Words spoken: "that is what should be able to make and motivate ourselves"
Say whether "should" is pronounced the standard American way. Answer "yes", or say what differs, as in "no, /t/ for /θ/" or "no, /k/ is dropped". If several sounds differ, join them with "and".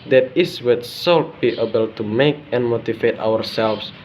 no, /s/ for /ʃ/